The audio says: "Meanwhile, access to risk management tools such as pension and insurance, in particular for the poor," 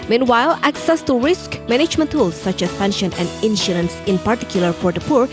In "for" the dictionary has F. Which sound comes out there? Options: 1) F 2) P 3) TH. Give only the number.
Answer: 2